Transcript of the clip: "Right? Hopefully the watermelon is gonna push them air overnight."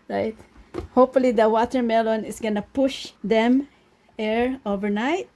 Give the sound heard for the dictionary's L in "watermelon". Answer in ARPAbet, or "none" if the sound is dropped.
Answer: L